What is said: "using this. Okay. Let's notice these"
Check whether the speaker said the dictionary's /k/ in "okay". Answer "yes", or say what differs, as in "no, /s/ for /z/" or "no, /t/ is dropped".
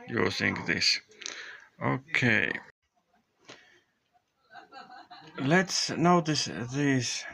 yes